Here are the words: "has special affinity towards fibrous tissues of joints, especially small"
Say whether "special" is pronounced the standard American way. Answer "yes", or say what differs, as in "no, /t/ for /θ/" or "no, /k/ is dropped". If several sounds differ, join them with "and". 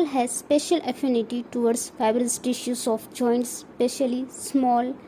yes